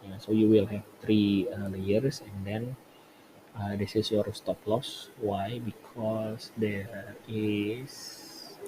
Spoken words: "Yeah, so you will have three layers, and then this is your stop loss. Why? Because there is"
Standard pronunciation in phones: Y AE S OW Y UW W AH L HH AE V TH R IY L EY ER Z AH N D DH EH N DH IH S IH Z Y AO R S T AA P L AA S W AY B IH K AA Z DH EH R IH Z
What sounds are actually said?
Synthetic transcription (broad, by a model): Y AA S OW Y UW W AH L HH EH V T R IY L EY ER S AH N D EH N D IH S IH S Y AO R S T AA P L AA S W AY B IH K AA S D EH R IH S